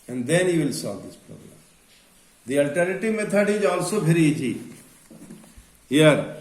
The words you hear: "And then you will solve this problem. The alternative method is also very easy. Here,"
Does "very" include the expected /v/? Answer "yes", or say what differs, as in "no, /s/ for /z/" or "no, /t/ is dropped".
no, /p/ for /v/